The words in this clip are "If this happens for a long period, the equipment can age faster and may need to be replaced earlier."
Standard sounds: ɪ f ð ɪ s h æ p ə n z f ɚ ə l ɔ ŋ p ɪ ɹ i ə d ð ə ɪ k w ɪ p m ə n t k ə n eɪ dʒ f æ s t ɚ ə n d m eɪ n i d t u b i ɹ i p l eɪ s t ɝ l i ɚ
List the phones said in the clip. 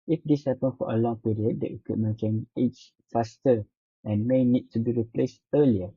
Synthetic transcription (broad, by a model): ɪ f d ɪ s h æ p ə n f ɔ ə l ɔ ŋ p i ɹ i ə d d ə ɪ k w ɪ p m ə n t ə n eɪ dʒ f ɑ s t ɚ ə n m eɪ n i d t u b i ɹ i p l eɪ s t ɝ l i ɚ